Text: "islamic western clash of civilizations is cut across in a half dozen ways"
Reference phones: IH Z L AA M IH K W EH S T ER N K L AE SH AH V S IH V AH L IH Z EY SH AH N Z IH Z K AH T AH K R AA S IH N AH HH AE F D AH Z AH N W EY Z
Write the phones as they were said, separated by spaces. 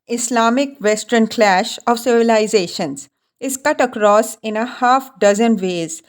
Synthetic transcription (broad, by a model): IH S L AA M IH K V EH S T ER N K L AE SH AH V S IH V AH L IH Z EY SH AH N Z IH Z K AH T AH K R AA S IH N AH HH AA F D AH Z AH N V EY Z